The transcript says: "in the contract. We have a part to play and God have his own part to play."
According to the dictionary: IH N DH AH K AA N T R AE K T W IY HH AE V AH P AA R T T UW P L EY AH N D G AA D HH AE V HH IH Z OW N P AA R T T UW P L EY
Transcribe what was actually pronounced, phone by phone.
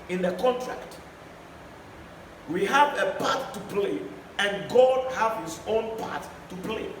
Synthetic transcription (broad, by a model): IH N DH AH K AA N T R AE K T W IY HH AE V AH P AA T T UW P L EY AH N G AA D HH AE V HH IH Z OW N P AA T T UW P L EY